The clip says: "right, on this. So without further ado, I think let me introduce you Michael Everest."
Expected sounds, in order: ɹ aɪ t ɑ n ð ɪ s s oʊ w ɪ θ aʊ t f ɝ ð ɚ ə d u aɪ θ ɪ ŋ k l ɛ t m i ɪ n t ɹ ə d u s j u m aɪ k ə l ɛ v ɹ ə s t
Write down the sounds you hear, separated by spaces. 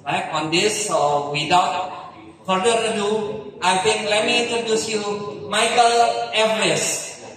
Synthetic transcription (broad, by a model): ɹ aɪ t ɑ n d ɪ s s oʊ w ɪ t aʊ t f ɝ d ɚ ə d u aɪ t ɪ ŋ k l ɛ t m i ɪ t ə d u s j u m aɪ k ə l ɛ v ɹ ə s